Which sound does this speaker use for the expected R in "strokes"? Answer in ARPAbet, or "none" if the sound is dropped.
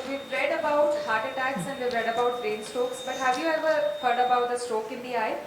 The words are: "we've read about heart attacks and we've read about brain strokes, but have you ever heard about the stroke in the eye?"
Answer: none